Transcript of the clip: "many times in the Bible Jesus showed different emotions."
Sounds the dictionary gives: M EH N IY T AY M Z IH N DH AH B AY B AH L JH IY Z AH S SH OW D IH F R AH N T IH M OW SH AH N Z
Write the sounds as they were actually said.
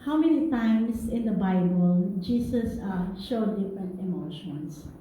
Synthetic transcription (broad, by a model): M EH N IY T AY M S IH N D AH B AY B AH L JH IY S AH S SH OW D IH F R AH N T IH M OW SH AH N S